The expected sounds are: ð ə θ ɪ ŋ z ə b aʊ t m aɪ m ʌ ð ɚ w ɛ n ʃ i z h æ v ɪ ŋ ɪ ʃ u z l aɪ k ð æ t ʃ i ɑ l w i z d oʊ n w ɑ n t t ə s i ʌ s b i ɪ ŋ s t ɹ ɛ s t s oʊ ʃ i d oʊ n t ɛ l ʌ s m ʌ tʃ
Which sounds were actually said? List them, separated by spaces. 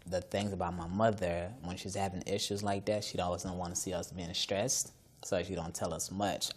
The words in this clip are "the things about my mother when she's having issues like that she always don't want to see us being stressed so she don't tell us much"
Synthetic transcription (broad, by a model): ð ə θ ɪ ŋ z ə b aʊ t m aɪ m ʌ ð ɚ w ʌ n ʃ i z h æ v ɪ ŋ ɪ ʃ u z l aɪ k ð æ t ʃ i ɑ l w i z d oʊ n w ɑ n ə s i ʌ s b i ɪ ŋ s t ɹ ɛ s t s oʊ ʃ i d oʊ n t ɛ l ʌ s m ʌ tʃ